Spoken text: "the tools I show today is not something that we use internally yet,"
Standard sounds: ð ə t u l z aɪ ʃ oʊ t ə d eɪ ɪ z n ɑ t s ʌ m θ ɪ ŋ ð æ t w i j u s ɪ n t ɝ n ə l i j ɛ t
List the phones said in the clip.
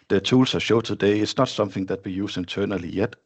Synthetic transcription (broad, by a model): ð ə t u l s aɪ ʃ oʊ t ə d eɪ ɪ s n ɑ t s ʌ m θ ɪ ŋ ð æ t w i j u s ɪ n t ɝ n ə l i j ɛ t